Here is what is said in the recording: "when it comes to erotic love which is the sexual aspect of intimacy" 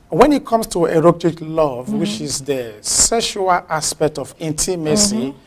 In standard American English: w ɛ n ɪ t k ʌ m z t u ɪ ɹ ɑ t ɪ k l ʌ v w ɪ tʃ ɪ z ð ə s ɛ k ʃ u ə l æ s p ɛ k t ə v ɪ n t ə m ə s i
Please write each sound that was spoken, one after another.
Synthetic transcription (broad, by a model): w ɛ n ɪ t k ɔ m s t u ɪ ɹ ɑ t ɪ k l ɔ v w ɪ tʃ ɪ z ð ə s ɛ ʃ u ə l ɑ s p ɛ k t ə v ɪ n t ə m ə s i